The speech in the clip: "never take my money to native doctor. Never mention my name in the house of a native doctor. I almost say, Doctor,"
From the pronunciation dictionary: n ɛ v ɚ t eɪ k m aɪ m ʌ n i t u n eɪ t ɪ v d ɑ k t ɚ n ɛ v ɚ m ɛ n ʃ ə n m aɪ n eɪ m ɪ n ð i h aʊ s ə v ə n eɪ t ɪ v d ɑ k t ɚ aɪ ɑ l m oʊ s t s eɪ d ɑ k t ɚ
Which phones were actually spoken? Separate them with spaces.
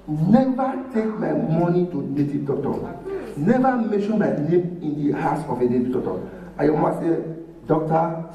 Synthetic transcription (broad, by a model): n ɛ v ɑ t eɪ k m aɪ m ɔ n i t u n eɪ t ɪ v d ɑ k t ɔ n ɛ v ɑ m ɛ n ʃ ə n m aɪ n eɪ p ɪ n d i h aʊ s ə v ə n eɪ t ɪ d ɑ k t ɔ aɪ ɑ m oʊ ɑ s eɪ d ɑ k t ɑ